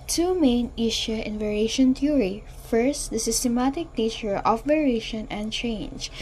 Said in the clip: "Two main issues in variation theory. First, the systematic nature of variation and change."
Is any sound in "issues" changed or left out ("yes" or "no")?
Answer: yes